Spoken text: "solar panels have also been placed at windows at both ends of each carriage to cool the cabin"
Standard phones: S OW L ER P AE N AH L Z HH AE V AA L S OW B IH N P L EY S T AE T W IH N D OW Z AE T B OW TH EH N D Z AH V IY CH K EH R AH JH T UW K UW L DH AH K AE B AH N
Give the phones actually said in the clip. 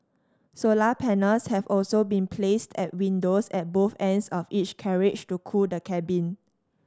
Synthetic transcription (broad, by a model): S OW L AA P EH N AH L S HH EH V AA L S OW B IH N P L EY S T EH T W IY N D OW S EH T B OW TH EH N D S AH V IY CH K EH R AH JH T UW K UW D AH K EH B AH N